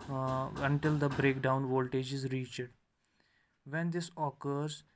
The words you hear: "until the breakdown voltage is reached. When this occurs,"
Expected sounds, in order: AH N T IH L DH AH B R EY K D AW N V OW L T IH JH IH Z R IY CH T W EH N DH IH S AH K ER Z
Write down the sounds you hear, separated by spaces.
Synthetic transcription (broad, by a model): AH N T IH L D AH B R EY K D AW N V OW L T IH JH IH Z R IY CH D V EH N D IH S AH K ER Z